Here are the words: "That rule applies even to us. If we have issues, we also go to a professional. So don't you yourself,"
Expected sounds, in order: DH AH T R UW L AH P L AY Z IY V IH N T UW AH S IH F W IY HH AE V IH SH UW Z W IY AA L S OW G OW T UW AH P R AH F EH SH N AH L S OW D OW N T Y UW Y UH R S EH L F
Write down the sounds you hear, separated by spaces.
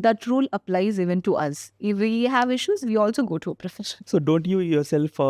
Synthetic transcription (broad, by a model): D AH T R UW L AH P L AY Z IY V IH N T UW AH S IH F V IY HH AE V IH SH UW Z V IY AA L S OW G OW T UW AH P R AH F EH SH AH N S OW D OW N T Y UW Y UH R S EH L F